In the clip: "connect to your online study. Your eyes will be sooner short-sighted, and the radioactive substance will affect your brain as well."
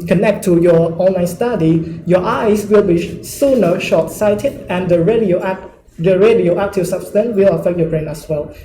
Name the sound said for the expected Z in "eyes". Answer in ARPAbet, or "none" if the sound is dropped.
S